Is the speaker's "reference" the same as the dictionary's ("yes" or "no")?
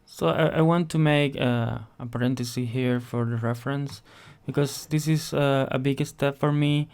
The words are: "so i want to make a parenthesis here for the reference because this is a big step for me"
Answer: yes